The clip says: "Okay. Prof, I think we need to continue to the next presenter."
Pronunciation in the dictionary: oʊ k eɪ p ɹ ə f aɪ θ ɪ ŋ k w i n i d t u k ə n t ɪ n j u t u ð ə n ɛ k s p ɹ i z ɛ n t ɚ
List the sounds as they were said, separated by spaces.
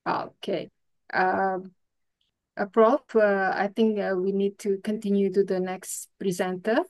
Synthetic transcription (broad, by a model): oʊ k eɪ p ɹ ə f aɪ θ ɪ ŋ k w i n i d t u k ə n t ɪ n j u t u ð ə n ɛ k s p ɹ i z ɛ n t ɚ